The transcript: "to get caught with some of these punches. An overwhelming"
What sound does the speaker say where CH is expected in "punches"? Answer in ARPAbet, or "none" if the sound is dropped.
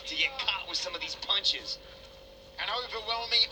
CH